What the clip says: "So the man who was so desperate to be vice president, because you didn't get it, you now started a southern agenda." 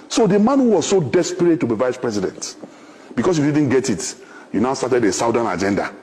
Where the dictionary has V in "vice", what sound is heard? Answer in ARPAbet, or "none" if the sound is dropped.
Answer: V